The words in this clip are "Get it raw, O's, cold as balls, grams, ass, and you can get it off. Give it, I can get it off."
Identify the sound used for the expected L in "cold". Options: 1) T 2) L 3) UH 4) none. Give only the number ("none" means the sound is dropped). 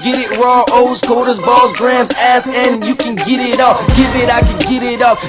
4